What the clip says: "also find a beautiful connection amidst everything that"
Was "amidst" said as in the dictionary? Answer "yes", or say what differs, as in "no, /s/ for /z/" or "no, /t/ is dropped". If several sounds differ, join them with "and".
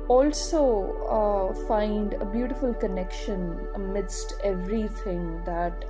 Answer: yes